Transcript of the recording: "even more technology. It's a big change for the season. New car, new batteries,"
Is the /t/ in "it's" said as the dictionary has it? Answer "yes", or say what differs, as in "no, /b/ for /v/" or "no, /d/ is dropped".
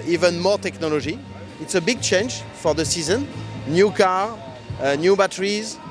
yes